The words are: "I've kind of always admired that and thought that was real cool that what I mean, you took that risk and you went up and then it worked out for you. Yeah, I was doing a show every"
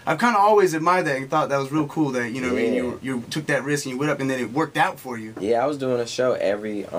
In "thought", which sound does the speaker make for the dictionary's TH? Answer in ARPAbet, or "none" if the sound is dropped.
TH